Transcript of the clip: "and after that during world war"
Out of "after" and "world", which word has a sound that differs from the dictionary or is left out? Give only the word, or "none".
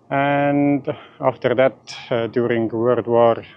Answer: world